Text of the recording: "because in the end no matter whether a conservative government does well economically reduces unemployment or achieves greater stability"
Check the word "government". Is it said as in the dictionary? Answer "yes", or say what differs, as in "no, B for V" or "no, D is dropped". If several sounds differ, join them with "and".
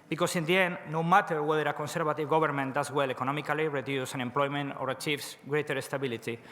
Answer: no, B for V